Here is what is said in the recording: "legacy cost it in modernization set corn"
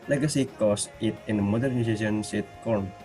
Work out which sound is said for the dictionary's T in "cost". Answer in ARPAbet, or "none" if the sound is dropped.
none